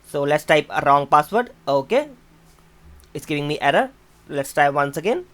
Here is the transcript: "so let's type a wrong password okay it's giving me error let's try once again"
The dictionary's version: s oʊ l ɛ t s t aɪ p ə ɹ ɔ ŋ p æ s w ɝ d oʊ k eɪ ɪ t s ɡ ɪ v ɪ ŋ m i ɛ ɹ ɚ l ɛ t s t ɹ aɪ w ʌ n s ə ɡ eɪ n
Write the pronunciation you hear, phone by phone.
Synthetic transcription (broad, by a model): s oʊ l ɛ t s t aɪ p ə ɹ ɔ ŋ p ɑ s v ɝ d oʊ k eɪ ɪ t s ɡ ɪ v ɪ ŋ m i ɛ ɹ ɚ l ɛ t s t aɪ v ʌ n s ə ɡ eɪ n